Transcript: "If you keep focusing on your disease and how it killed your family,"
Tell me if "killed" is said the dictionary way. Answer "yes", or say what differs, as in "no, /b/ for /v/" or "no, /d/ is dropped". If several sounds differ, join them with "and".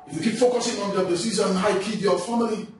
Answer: no, /l/ is dropped